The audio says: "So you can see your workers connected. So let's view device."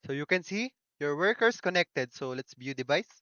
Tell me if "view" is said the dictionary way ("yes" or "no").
no